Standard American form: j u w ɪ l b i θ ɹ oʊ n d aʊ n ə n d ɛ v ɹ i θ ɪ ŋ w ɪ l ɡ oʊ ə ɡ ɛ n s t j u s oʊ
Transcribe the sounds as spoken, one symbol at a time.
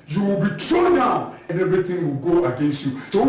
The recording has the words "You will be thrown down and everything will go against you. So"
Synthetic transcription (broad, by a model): j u w ɪ l b i t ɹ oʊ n d aʊ n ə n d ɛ v ɹ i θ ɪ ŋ w ɪ l ɡ oʊ ə ɡ ɛ n s t j u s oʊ